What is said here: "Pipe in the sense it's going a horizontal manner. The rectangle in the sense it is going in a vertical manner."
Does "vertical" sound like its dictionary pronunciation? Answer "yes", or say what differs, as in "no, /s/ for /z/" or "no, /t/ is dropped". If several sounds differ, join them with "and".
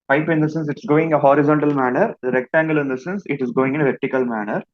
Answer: yes